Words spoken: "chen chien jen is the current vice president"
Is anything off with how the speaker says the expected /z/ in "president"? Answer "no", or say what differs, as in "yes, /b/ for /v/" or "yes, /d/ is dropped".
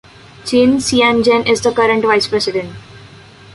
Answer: yes, /s/ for /z/